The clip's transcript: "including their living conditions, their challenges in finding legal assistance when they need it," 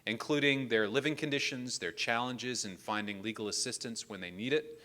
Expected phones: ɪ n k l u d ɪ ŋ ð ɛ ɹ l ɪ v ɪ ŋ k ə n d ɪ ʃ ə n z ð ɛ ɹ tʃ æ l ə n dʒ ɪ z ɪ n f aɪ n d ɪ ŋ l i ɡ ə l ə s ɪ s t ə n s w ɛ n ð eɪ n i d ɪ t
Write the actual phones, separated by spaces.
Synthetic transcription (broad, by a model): ɪ n k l u d ɪ ŋ ð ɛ ɹ l ɪ v ɪ ŋ k ə n d ɪ ʃ ə n z ð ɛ ɹ tʃ æ l ə n dʒ ɪ z ɪ n f aɪ n d ɪ ŋ l i ɡ l ə s ɪ s t ə n s w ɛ n ð eɪ n i d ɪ t